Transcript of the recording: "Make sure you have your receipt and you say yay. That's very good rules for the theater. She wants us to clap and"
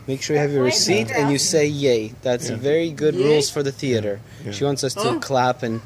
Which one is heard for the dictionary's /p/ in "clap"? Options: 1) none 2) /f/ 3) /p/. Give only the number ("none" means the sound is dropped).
3